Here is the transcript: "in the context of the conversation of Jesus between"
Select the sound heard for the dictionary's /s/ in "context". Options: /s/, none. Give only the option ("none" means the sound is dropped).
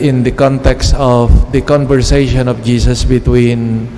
/s/